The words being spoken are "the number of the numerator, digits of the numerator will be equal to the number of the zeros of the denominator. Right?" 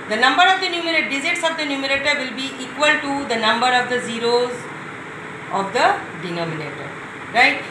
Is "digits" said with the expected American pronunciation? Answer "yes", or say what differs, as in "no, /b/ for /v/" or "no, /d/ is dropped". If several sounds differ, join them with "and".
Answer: no, /z/ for /dʒ/